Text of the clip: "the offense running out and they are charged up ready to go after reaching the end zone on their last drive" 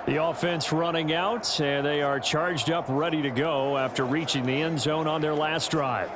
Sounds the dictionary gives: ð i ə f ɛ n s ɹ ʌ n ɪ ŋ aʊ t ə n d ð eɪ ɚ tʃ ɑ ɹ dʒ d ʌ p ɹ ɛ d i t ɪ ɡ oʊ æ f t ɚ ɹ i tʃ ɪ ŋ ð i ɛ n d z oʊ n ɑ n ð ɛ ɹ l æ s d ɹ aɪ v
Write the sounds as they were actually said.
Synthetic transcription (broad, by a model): ð i ə f ɛ n s ɹ ʌ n ɪ ŋ aʊ t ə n ð eɪ ɚ tʃ ɑ ɹ dʒ d ʌ p ɹ ɛ d i t ɪ ɡ oʊ æ f t ɚ ɹ i tʃ ɪ ŋ ð i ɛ n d z oʊ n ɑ n ð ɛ ɹ l æ s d ɹ aɪ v